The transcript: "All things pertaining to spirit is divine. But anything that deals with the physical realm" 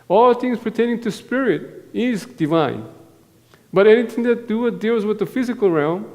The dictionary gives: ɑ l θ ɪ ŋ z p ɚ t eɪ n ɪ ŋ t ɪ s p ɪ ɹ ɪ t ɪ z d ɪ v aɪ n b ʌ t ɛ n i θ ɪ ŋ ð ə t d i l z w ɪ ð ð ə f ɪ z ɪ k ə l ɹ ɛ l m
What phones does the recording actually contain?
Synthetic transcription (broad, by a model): ɑ l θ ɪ ŋ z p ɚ t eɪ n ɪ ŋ t ɪ s p ɪ ɹ ɪ t ɪ z d ɪ v aɪ n b ʌ t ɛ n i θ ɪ ŋ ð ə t d i l z w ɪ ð ð ə f ɪ z ɪ k ə l ɹ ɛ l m